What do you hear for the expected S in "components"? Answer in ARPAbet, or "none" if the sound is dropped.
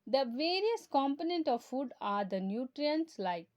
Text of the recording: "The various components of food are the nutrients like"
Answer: none